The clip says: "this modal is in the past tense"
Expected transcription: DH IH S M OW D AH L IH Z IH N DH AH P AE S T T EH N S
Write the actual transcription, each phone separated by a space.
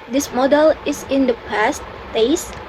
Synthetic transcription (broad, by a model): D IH S M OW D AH L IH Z IH N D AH P AE S T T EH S